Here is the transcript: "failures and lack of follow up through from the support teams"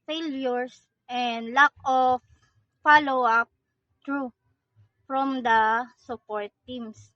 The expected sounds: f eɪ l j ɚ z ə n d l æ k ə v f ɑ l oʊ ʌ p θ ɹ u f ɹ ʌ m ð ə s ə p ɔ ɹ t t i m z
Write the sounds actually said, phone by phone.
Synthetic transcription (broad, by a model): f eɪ l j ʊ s ə n d l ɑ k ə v f ɑ l oʊ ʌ p t ɹ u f ɹ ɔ m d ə s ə p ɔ ɹ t t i m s